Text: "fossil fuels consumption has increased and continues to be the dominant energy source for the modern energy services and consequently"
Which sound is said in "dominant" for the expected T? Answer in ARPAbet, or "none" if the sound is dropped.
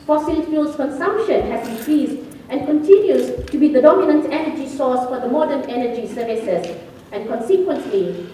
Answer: T